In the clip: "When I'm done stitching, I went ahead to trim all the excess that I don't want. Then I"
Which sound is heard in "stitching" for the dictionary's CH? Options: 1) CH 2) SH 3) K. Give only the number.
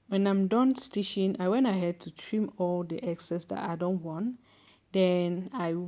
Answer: 2